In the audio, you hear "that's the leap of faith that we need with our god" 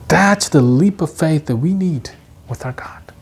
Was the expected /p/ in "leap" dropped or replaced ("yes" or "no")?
no